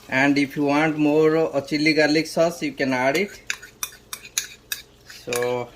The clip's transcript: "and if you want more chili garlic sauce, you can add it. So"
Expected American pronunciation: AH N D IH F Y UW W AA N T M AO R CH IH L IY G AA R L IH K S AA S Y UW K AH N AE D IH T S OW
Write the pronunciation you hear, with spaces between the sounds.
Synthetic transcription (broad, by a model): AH N D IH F Y UW W AA N T M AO R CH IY L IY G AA L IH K S AA S Y UW K AH N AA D IH T S OW